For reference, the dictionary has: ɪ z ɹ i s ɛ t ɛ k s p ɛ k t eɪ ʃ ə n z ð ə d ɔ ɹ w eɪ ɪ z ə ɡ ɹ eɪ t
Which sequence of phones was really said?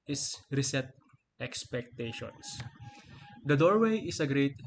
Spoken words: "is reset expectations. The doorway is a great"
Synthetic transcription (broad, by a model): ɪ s ɹ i s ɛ t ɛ k s p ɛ k t eɪ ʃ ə n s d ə d ɔ ɹ w eɪ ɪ s ə ɡ ɹ eɪ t